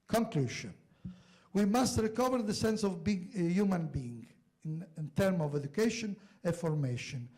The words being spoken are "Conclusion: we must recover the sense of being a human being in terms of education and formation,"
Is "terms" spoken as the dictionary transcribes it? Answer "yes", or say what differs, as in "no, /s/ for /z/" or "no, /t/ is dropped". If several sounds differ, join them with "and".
no, /z/ is dropped